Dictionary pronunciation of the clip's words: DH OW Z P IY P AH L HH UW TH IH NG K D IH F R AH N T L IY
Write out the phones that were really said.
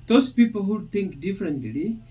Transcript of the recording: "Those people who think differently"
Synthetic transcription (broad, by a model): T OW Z P IY P AH L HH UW T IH NG K D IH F R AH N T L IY